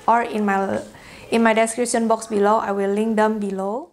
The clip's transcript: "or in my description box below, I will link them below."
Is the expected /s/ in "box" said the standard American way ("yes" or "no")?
yes